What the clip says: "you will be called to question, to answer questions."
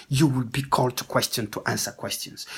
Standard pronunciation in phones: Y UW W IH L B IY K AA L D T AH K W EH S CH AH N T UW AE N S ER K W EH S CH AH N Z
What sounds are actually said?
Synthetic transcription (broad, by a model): Y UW W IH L B IY K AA L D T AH K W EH S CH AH N T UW AE N S ER K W EH S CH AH N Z